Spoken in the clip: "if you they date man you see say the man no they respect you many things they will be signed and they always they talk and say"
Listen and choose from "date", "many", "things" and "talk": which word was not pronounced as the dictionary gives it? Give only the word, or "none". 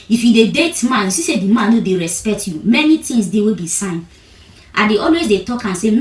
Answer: things